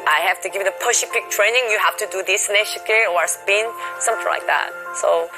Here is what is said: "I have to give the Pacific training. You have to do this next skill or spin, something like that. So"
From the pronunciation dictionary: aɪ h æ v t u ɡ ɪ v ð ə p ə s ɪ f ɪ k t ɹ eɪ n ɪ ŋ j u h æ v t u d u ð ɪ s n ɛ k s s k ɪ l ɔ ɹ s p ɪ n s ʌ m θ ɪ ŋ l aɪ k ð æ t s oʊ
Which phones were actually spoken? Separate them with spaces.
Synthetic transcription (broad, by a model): aɪ h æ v t u ɡ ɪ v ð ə p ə ʃ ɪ p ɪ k t ɹ eɪ n ɪ ŋ j u h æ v t u d u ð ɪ s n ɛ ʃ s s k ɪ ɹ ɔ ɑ s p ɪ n s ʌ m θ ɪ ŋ l aɪ k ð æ t s oʊ